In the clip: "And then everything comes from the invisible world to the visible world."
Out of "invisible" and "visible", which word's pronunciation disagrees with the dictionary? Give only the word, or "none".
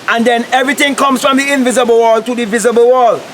none